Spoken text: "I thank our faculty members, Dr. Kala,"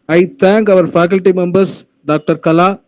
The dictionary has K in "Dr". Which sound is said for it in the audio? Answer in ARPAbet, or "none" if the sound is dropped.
K